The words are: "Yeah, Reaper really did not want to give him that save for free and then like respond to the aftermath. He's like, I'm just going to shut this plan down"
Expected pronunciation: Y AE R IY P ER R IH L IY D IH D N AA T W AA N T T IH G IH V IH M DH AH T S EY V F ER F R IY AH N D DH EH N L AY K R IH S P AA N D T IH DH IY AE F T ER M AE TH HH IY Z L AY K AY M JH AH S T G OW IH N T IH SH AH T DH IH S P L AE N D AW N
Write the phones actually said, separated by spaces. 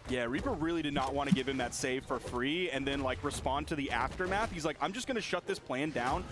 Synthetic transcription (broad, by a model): Y AE R IY P ER R IH L IY D IH D N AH T W AA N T T IH G IH V IH M DH AH T S EY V F ER F R IY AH N DH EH N L AY K R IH S P AA N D T IH DH IY AE F T ER M AE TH HH IY Z L AY K AY M JH AH S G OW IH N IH SH AH T DH IH S P L AE N D AW N